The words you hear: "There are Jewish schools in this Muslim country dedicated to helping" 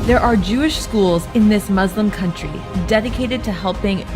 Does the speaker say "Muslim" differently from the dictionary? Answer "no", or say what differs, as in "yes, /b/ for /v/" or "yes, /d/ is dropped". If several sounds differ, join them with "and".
no